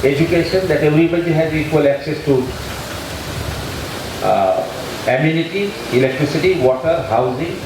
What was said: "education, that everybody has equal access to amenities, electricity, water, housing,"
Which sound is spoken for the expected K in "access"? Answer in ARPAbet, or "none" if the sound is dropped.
K